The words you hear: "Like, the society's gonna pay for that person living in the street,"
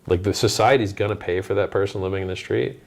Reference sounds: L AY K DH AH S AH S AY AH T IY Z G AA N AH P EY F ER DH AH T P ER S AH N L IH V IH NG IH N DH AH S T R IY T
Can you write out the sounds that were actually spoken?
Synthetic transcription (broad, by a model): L AY K DH AH S AH S AY AH T IY Z G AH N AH P EY F ER DH AH T P ER S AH N L IH V IH NG IH N DH AH S T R IY T